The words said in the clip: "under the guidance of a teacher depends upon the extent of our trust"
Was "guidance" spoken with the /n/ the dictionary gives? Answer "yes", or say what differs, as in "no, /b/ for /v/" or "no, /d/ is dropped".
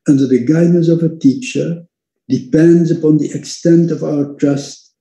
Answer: no, /n/ is dropped